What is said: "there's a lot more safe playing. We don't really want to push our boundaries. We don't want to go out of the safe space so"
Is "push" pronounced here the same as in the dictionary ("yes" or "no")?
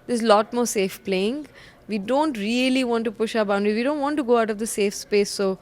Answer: yes